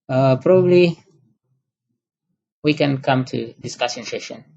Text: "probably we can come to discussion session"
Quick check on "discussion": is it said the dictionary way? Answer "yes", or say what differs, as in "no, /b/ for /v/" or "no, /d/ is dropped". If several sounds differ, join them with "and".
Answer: no, /s/ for /ʃ/